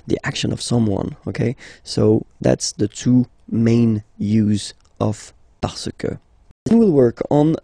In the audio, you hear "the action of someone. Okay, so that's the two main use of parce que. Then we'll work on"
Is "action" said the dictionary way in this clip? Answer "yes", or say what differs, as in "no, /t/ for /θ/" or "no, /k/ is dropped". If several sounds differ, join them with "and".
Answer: yes